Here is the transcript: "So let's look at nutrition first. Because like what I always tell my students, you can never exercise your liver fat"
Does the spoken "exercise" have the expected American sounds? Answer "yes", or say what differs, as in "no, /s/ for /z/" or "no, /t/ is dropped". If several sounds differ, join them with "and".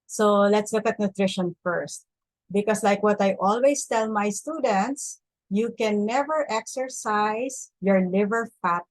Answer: no, /s/ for /z/